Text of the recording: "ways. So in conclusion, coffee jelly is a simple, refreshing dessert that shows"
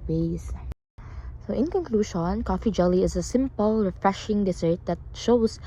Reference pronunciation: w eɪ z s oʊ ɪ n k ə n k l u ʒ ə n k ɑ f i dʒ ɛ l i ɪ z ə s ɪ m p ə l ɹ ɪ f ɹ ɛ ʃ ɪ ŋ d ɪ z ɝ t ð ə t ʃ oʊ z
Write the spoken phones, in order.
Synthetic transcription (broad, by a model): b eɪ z s oʊ ɪ n k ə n k l u ʃ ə n k ɑ f i dʒ ɛ l i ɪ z ə s ɪ m p ə l ɹ ɪ f ɹ ɛ ʃ ɪ ŋ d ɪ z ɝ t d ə t ʃ oʊ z